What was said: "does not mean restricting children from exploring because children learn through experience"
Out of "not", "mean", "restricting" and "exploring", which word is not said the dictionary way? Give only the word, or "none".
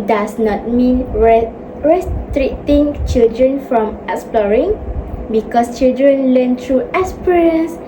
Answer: restricting